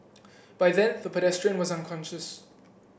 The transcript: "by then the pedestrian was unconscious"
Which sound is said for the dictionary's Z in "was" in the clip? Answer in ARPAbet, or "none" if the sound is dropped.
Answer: Z